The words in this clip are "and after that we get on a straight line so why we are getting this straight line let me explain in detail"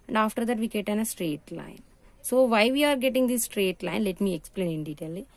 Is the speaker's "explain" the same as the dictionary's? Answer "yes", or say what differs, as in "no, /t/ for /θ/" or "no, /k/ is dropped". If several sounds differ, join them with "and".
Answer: yes